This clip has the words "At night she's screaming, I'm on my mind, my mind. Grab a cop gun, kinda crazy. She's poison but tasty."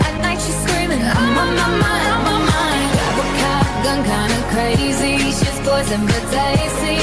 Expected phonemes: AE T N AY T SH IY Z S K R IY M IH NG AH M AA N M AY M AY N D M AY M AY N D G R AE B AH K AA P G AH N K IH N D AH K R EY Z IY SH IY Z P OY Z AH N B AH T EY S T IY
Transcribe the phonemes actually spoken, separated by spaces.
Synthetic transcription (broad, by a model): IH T N AY T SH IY S K R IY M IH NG AH M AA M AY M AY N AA M AY M AY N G AE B AH K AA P G AH N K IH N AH K R EY Z IY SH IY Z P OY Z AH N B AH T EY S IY